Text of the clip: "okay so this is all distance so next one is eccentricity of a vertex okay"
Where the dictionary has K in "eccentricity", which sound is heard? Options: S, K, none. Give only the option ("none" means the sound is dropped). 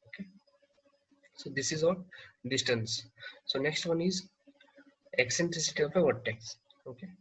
K